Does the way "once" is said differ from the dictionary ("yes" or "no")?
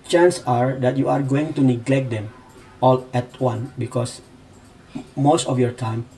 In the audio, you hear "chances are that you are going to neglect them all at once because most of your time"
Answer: yes